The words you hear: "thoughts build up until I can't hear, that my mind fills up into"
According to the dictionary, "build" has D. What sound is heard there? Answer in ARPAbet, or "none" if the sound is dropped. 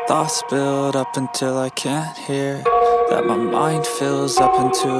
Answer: D